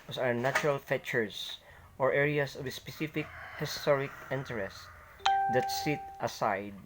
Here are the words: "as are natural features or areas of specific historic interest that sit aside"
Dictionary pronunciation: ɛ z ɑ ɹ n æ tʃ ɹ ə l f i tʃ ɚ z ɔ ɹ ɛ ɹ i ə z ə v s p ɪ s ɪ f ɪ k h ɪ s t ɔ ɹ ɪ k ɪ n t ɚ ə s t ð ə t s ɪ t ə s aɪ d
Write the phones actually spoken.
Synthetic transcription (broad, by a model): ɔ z ɑ ɹ n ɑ tʃ ɹ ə l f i tʃ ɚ s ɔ ɹ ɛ ɹ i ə s ə v s p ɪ s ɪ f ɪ k h ɪ s t ɔ ɹ ɪ k ɪ n t ɚ ə s t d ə t s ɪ t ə s aɪ d